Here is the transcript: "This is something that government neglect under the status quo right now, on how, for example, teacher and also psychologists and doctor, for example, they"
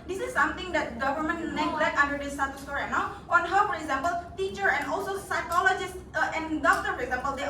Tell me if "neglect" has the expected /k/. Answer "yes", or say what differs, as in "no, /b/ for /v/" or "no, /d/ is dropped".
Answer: no, /k/ is dropped